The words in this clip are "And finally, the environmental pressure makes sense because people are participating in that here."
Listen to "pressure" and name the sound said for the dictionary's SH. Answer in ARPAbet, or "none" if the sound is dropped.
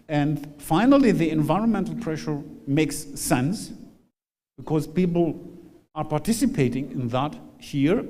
SH